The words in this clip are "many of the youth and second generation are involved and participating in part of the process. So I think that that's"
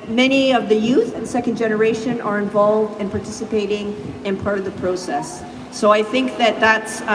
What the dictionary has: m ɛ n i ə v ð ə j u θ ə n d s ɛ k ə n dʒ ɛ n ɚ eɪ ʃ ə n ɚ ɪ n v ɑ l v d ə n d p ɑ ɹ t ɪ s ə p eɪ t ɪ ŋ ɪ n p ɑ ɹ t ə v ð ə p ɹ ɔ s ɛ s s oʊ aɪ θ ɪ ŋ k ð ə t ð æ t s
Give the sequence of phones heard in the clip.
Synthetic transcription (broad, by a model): m ɛ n i ə v ð ə j u θ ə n s ɛ k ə n dʒ ɛ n ɚ eɪ ʃ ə n ɚ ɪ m v ɑ l v d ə n p ɑ ɹ t ɪ s ə p eɪ t ɪ ŋ ɪ n p ɑ ɹ t ə v ð ə p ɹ ɔ s ɛ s s oʊ aɪ θ ɪ ŋ k ð ə t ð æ t s